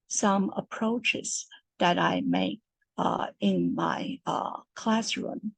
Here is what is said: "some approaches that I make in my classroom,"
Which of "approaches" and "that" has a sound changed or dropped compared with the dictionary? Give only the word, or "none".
none